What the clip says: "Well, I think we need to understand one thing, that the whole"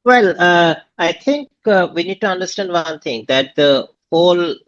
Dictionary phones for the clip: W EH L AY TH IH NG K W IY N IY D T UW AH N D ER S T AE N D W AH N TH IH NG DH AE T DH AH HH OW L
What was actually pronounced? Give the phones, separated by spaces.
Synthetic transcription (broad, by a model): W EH L AY T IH NG K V IY N IY D T UW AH N D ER S T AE N D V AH N T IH NG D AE T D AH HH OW L